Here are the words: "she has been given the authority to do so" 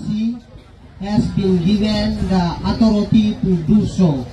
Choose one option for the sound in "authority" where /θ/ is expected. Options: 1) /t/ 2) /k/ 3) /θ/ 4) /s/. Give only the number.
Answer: 1